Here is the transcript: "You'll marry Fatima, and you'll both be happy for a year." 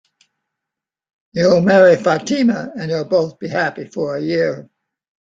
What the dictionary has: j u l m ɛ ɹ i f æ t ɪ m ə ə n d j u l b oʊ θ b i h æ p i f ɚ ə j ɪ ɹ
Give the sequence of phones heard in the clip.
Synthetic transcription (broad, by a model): j u l m ɛ ɹ i f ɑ t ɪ m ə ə n j u l b oʊ θ b i h æ p i f ɚ ə j ɪ ɹ